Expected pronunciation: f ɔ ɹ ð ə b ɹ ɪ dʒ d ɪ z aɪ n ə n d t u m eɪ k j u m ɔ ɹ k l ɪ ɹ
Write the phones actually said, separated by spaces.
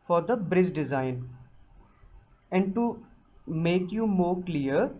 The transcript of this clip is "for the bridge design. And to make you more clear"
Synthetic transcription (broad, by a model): f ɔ ɹ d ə b ɹ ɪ z d ɪ z aɪ n ə n d t u m eɪ k j u m ɔ ɹ k l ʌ ɹ